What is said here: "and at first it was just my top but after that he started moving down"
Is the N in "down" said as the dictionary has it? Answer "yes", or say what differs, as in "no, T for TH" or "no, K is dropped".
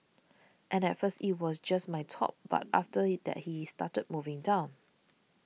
yes